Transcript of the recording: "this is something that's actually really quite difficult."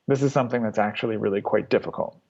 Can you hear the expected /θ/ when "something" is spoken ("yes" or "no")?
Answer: yes